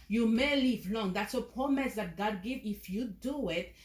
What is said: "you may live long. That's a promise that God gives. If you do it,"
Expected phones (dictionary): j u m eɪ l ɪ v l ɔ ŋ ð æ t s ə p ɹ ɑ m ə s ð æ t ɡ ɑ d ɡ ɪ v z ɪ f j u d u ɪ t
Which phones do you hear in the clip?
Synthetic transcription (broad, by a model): j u m eɪ l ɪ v l ɔ ŋ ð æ t s ə p ɹ ɑ m ə s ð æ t ɡ ɑ d ɡ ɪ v ɪ f j u d u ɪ t